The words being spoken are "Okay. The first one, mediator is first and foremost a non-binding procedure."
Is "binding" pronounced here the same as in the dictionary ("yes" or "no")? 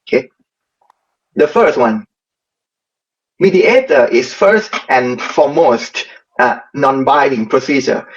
no